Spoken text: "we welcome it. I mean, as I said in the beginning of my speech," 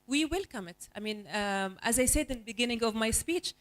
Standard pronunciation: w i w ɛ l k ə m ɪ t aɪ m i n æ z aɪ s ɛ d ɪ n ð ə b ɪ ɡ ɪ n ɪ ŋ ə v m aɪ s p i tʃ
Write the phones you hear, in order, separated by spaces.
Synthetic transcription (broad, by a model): w i w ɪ l k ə m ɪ t aɪ m i n æ z aɪ s ɛ d ɪ n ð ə b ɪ ɡ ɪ n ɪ ŋ ə v m aɪ s p i tʃ